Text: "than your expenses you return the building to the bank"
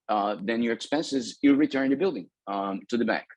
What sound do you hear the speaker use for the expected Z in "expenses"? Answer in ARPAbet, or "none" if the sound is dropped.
Z